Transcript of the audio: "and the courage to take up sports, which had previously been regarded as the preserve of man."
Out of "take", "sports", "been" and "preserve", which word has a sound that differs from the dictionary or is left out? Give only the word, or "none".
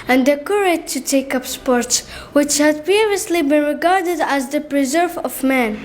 none